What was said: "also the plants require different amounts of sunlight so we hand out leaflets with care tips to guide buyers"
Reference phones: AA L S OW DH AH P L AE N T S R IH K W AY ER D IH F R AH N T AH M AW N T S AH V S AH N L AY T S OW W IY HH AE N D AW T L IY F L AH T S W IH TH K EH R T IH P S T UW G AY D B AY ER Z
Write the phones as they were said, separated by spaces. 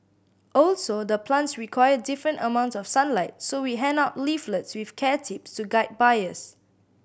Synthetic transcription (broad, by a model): AA L S OW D AH P L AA N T S R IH K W AY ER D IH F R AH N T AH M AW N T S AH F S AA N L AY T S OW W IY HH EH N AW T L IY F L AH T S W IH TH K EH T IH P S T UW G AY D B AY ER S